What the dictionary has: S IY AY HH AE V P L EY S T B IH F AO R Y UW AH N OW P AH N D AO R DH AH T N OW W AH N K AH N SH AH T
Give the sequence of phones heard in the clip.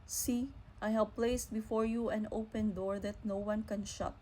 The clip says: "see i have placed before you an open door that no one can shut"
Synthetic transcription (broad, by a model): S IY AY HH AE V P L EY S T B IH F AO R Y UW AH N OW P AH N D AO R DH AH T N OW W AH N K AH N SH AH T